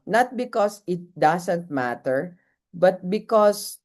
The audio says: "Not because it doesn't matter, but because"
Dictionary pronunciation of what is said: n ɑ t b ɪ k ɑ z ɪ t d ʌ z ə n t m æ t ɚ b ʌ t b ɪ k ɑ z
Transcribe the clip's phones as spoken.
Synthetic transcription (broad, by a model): n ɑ t b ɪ k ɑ s ɪ t d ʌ s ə n t m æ t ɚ b ʌ t b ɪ k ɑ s